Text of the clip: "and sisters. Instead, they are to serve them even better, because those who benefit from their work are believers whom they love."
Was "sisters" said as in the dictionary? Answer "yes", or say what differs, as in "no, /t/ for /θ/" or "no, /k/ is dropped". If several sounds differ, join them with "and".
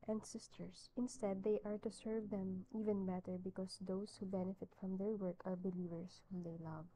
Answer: no, /s/ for /z/